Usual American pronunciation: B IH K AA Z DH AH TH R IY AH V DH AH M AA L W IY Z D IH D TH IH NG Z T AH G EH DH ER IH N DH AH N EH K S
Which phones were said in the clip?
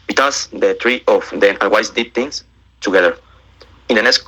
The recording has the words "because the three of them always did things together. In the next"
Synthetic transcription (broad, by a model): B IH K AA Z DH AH T R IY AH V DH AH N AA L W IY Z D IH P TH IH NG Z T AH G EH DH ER IH N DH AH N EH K S